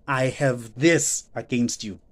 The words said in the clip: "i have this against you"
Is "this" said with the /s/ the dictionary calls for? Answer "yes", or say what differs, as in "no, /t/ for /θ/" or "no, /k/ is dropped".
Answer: yes